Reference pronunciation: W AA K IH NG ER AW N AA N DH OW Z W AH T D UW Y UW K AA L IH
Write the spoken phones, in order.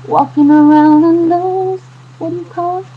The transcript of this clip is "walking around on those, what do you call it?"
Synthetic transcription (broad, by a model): W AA K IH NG ER AW N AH N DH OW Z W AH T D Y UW K AA L